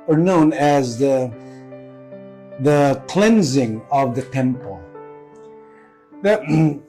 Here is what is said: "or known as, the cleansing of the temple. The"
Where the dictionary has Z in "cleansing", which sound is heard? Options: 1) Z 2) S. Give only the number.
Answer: 1